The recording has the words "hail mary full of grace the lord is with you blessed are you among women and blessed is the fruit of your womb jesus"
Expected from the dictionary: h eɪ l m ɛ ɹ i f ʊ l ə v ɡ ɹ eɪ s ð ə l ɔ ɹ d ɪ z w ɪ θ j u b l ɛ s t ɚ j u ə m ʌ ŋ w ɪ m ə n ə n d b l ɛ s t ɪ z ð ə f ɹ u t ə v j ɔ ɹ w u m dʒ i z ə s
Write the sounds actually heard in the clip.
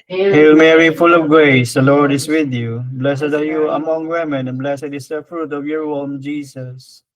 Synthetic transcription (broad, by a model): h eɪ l m ɛ ɹ i f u l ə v ɡ ɹ eɪ s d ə l ɔ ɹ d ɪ s w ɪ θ j u b l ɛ s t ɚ j u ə m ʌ ŋ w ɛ m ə n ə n b l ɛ s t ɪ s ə f ɹ u t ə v j ɔ ɹ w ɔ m dʒ i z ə s